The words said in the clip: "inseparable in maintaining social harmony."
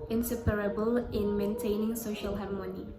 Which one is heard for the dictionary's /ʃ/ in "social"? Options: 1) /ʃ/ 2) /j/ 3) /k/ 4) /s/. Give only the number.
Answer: 1